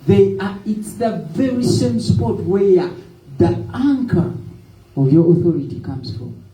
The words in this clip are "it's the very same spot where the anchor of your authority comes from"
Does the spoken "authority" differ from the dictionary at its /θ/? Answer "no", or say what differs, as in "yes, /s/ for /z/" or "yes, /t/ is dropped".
no